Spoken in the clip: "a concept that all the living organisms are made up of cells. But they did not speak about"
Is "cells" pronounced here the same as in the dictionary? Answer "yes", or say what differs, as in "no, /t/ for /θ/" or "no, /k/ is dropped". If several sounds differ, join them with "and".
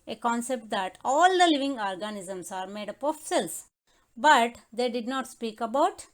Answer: no, /s/ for /z/